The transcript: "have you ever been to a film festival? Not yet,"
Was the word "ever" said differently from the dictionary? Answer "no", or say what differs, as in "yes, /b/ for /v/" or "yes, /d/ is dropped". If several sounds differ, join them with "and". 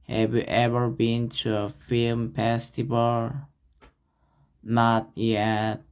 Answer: no